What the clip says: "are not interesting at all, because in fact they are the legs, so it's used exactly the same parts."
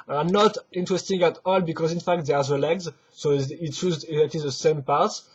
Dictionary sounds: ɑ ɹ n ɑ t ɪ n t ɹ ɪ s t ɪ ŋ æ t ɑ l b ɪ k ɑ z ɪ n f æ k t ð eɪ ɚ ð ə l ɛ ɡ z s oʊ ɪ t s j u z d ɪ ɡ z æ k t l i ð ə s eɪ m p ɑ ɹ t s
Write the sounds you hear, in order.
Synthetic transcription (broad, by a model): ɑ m n ɑ t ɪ n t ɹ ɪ s t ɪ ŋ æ t ɑ l b ɪ k ɑ z ɪ n f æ k t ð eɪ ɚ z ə l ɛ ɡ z s oʊ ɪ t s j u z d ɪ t i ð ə s eɪ m p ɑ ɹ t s